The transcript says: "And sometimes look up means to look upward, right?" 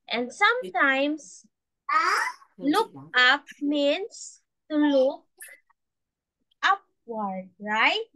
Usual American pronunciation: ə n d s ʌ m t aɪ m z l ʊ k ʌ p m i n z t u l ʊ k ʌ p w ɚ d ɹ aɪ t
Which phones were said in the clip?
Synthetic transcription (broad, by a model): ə n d s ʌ m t aɪ m s l ʊ k ʌ p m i n s t u l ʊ k ʌ p w ɚ d ɹ aɪ t